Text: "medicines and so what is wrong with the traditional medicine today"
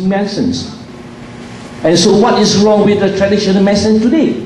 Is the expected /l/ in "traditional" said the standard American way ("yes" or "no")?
no